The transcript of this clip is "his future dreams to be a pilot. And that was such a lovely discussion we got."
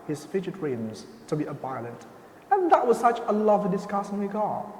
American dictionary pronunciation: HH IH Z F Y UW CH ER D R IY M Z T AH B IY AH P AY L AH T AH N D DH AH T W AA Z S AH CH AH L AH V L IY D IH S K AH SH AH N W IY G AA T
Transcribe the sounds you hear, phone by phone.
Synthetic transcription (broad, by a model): HH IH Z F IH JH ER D R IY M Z T AH B IY AH B AY L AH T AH N DH AH T W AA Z S AH CH AH L AH V L IY D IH S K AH S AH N W IY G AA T